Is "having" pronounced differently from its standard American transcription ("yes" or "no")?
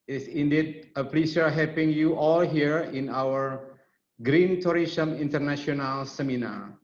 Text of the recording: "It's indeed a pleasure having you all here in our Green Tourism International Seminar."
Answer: yes